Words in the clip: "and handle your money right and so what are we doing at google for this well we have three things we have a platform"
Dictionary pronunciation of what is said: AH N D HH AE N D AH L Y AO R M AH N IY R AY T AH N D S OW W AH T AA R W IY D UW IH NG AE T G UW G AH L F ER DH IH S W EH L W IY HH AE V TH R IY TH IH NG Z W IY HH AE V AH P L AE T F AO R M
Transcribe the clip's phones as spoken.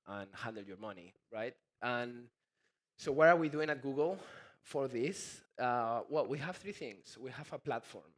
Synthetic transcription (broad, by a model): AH N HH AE N D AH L Y AO R M AH N IY R AY T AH N S OW W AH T AA R W IY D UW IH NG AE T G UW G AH L F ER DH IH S W EH L W IY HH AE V TH R IY TH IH NG S W IY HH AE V AH P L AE T F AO R M